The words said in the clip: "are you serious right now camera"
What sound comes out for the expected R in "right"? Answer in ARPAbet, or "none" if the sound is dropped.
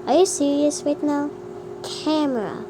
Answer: W